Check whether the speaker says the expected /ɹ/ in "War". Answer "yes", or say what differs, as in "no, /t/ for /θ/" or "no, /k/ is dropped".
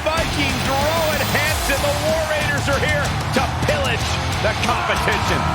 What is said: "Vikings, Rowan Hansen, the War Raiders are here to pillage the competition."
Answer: yes